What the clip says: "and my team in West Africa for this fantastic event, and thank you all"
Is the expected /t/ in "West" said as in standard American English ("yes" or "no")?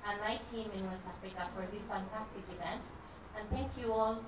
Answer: no